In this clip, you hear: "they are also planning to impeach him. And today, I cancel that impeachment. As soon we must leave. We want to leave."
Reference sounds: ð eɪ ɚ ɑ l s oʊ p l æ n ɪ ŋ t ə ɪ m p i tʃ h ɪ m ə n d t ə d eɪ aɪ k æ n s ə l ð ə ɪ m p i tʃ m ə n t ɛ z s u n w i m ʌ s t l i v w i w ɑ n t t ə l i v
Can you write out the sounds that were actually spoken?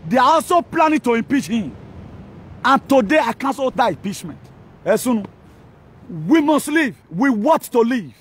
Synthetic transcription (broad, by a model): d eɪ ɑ ɑ l s oʊ p l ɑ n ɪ t ə ɪ m p i tʃ h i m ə n t ə d eɪ aɪ k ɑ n s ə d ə ɪ m p i tʃ m ə n t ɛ s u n w i m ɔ s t l i v w i w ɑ t t ə l i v